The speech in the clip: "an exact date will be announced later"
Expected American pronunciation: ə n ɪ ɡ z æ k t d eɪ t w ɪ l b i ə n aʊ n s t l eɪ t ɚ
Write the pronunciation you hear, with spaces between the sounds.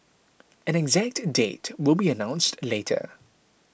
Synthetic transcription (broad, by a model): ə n ɪ ɡ z æ k t d eɪ t w ɪ l b i ə n aʊ n s t l eɪ t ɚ